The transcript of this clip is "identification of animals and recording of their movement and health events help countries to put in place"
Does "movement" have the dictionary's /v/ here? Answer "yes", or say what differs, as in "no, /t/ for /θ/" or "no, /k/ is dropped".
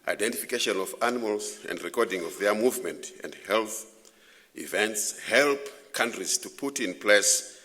yes